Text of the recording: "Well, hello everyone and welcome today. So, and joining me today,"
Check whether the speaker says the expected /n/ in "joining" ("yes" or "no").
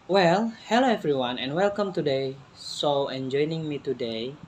yes